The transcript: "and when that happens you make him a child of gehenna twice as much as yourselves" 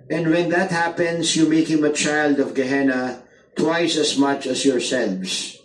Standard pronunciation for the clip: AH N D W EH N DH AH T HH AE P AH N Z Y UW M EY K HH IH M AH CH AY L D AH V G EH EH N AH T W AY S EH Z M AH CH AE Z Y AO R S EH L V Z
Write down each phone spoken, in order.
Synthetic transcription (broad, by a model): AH N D W EH N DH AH T HH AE P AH N S Y UW M EY K HH IH M AH CH AY L D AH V G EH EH N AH T W AY S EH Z M AH CH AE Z Y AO R S EH L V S